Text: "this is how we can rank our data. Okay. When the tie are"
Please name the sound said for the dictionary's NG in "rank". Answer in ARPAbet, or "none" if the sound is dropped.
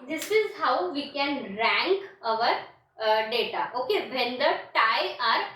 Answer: NG